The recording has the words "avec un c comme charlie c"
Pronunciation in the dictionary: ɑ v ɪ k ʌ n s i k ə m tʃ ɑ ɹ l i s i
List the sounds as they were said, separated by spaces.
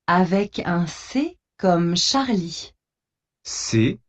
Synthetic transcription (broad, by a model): ɑ v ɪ k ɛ s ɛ k ə m ʃ ɑ ɹ l i s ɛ